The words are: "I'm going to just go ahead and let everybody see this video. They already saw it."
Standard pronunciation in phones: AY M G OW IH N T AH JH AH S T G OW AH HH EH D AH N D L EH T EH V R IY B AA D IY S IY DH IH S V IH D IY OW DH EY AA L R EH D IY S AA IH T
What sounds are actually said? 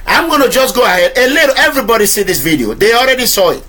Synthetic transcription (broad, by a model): AY M G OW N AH JH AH S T G OW AH HH EH D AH L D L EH EH V R IY B AA D IY S IY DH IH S V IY D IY OW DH EY AA L R EH D IY S AA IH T